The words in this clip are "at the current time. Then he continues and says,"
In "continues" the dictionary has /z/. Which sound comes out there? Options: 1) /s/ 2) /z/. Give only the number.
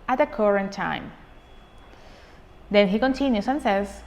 1